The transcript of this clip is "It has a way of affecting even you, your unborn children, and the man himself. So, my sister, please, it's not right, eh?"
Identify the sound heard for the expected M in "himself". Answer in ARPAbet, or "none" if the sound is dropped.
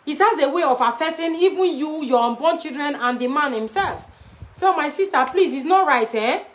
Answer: M